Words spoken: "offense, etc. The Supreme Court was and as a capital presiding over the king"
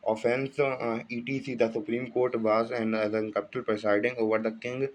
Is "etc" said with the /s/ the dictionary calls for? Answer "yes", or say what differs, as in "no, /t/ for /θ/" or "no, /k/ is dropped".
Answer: no, /s/ is dropped